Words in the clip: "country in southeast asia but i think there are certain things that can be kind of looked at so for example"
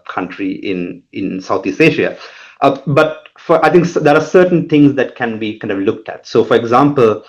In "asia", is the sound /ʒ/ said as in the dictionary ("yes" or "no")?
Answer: no